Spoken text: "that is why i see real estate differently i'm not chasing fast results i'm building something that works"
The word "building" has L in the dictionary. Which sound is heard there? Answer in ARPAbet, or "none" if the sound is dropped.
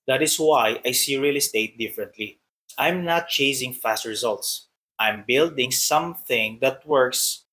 L